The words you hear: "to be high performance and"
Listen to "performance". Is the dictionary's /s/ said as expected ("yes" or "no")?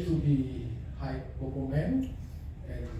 no